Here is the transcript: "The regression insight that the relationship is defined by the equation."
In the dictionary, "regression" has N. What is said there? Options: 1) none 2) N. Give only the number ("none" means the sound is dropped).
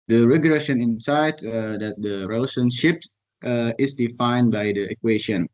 2